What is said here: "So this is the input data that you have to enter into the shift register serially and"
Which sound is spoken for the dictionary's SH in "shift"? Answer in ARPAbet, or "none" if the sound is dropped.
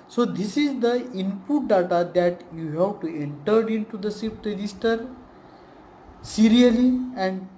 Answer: S